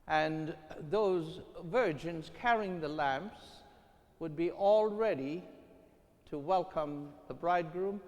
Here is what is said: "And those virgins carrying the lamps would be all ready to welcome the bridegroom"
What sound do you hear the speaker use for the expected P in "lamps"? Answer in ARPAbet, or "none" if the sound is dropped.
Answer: P